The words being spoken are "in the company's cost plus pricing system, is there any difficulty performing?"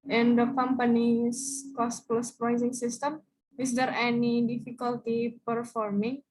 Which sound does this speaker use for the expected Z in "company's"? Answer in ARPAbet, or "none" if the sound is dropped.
S